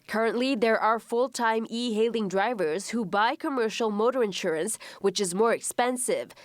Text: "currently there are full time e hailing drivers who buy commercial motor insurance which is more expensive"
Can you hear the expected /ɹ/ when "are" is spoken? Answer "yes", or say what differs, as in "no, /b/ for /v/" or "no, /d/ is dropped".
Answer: yes